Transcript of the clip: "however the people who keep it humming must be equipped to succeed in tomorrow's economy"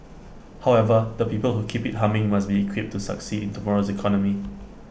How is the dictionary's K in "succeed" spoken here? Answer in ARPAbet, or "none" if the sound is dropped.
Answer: K